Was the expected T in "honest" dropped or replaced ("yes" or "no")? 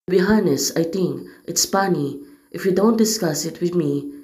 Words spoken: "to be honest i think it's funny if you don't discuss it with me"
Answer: yes